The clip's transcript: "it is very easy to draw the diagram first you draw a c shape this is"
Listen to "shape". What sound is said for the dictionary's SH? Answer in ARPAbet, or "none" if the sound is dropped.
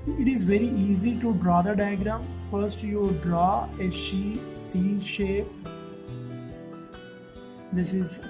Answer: SH